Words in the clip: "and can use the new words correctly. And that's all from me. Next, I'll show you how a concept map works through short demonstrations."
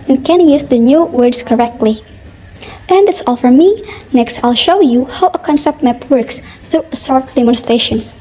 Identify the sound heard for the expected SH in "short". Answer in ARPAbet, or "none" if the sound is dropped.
S